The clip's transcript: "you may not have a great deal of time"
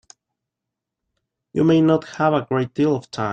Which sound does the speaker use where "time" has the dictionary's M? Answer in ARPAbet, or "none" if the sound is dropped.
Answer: none